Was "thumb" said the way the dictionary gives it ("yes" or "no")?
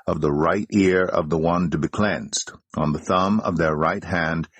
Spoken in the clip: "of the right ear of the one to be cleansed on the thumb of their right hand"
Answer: yes